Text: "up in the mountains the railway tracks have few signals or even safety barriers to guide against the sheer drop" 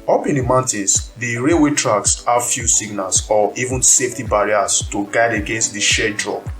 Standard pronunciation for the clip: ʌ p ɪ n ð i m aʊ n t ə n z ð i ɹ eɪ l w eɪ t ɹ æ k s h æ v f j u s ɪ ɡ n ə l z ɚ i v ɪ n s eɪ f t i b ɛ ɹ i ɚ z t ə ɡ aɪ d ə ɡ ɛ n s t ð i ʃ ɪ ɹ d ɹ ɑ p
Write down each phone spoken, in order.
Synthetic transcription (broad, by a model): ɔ p ɪ n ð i m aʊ n t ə n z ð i ɹ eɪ w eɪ t ɹ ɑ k s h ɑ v f j u s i ɡ n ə l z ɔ i v ɪ n s eɪ f t i b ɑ ɹ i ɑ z t ə ɡ aɪ d ə ɡ ɛ n s t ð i ʃ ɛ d ɹ ɑ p